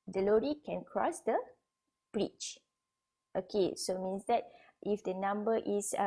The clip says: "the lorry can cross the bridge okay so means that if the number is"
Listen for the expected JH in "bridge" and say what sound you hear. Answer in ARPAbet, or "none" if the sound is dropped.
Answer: CH